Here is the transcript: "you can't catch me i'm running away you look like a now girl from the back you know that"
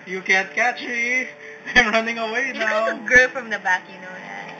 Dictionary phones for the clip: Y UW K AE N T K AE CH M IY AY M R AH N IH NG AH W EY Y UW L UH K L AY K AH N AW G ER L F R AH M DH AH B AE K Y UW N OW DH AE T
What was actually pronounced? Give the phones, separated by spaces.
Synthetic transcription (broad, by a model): Y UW K AE N T K AE CH M IY AY M R AH N IH NG AH W EY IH N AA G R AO AH F R AH M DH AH B AE K Y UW N OW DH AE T